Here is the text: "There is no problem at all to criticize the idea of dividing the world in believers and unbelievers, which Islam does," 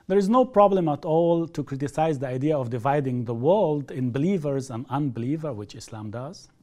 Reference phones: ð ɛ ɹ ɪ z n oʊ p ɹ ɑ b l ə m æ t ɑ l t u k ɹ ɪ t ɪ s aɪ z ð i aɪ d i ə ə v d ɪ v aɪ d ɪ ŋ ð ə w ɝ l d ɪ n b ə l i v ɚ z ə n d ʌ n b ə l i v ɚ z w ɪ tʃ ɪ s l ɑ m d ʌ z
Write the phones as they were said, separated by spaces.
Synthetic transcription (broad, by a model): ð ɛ ɹ ɪ z n oʊ p ɹ ɑ b l ə m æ t ɑ l t u k ɹ ɪ t ɪ s aɪ z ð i aɪ d i ə ə v d ɪ v aɪ d ɪ ŋ ð ə w ɝ l d ɪ n b ə l i v ɚ z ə n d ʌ n b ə l i v ɚ w ɪ tʃ ɪ s l ɑ m d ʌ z